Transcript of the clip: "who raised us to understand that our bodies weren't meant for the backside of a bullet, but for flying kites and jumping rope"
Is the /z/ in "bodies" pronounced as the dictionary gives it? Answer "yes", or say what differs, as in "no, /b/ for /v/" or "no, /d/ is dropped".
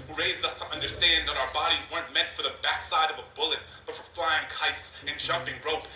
yes